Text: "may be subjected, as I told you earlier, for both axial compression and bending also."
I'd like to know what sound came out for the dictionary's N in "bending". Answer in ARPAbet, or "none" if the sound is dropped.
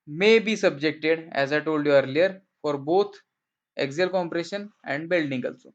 L